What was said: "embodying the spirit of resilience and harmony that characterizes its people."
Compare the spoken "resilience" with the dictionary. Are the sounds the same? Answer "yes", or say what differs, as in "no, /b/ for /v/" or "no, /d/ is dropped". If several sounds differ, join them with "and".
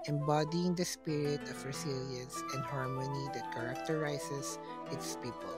no, /s/ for /z/